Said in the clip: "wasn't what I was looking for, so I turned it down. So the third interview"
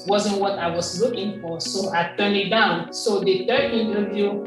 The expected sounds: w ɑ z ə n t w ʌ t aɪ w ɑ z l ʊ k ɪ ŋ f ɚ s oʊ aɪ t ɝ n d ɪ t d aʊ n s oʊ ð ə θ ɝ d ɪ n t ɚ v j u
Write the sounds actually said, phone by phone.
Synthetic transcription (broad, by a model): w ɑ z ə n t w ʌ t aɪ w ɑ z l ʊ k ɪ ŋ f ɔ s oʊ aɪ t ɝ n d ɪ t d aʊ n s oʊ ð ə t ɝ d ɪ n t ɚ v j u